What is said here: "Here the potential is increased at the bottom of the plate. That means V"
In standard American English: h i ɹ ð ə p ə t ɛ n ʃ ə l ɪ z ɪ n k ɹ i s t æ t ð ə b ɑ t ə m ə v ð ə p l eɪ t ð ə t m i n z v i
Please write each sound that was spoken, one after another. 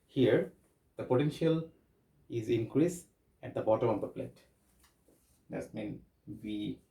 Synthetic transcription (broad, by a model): h i ɹ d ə p ə t ɛ n ʃ ə l ɪ z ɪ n k ɹ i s æ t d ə b ɑ t ə m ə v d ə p l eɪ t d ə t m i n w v i